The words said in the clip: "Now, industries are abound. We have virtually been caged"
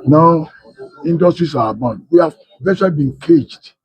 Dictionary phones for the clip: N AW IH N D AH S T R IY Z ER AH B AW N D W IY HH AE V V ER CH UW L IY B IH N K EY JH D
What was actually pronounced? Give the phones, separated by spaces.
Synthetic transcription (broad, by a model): N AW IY N D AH S T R IY S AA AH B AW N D W IY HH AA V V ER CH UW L IY B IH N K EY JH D